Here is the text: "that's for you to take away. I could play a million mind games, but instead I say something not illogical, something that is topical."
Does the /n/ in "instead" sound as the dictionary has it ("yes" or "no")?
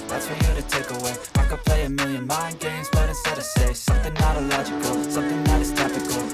no